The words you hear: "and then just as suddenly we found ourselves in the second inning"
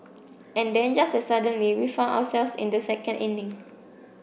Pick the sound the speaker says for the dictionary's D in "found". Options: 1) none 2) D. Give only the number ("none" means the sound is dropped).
1